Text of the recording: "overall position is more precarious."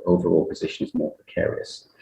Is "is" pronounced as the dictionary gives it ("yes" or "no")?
yes